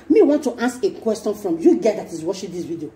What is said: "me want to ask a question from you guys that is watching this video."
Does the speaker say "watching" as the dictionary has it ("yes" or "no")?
no